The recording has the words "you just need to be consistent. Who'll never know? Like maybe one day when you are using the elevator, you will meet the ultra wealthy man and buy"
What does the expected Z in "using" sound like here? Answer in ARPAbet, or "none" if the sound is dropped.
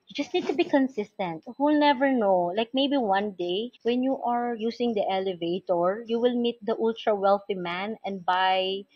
S